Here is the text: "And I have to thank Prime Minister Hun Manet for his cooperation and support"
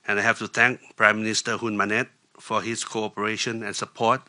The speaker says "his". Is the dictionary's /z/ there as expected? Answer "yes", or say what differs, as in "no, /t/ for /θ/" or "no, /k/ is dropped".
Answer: no, /s/ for /z/